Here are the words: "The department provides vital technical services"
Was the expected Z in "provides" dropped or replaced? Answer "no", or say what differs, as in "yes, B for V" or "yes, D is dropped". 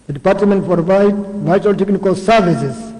yes, Z is dropped